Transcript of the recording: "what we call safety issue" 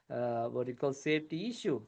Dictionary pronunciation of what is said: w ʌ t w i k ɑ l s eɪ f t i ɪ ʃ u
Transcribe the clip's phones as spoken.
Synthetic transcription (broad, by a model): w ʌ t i k ɑ l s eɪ t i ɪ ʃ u